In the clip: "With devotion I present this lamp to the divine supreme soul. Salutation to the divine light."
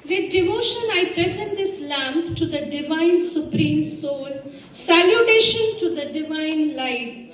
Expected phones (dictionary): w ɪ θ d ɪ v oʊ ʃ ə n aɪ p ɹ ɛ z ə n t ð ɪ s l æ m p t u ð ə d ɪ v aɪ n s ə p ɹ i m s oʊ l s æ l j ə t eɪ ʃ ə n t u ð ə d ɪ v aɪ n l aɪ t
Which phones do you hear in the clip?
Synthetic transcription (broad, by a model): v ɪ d d ɪ v oʊ ʃ ə n aɪ p ɹ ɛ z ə n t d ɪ s l æ m p t u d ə d ɪ v aɪ n s ə p ɹ i m s oʊ l s æ l j ə t eɪ ʃ ə n t u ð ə d ɪ v aɪ n l aɪ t